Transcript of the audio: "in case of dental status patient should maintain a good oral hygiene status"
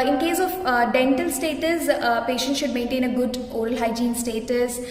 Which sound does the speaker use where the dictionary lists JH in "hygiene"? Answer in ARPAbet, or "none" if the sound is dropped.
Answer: JH